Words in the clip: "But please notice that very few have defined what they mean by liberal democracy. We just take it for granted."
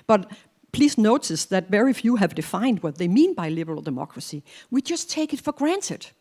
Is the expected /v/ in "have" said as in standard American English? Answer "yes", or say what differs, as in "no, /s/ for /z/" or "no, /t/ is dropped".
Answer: yes